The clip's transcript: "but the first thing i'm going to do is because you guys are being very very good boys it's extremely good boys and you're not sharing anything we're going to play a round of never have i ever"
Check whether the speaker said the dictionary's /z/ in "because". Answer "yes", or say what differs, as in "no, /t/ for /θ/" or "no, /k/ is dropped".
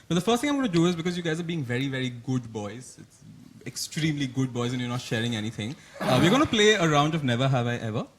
yes